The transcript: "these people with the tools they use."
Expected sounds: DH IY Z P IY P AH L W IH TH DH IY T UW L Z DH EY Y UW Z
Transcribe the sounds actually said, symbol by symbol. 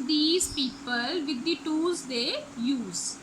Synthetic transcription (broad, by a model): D IY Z P IY P AH L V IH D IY T UW Z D EY Y UW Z